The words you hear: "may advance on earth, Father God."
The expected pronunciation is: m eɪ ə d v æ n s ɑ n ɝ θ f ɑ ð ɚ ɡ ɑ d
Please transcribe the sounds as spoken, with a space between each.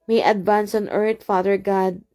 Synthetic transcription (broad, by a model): m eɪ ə d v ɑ n s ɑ n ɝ t f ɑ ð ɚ ɡ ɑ d